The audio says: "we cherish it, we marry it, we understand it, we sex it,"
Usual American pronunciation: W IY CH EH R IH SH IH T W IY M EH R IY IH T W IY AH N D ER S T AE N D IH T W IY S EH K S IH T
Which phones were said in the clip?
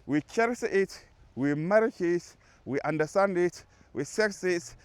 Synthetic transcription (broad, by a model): W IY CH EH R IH S IH T W IY M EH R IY IH T W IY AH N D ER S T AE N D IH T W IY S EH K S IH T